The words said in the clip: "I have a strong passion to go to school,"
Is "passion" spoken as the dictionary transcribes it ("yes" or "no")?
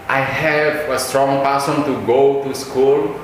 no